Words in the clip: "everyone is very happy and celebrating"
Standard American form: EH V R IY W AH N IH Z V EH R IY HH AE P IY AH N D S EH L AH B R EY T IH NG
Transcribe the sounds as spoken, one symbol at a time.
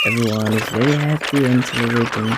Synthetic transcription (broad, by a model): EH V R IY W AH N IH Z W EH IY HH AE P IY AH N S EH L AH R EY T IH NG